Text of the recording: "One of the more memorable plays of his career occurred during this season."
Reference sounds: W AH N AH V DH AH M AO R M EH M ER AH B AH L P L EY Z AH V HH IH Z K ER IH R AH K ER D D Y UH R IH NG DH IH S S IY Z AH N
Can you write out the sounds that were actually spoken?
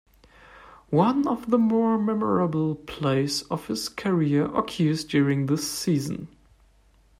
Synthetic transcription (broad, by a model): W AH N AH V DH AH M AO R M EH M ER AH B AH L P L EY S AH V HH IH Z K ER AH R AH K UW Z D Y UH R IH NG DH IH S S IY Z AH N